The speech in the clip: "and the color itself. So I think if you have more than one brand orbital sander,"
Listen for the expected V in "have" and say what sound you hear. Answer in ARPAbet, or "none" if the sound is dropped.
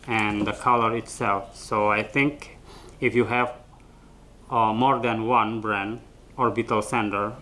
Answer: V